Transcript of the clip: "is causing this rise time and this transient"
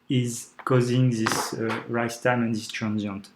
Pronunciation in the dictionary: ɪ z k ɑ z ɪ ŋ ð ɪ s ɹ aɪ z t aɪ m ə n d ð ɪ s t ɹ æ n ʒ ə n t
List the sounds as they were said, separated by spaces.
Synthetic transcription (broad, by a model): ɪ z k ɑ z ɪ ŋ ð ɪ s ɹ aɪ s t aɪ m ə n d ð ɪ s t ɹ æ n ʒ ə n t